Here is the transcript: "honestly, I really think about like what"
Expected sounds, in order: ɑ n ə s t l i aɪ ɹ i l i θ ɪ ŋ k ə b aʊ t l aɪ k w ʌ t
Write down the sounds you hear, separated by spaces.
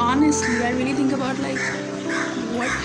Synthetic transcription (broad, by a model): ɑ n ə s t l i aɪ ɹ i l i t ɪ ŋ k ə b aʊ t l aɪ k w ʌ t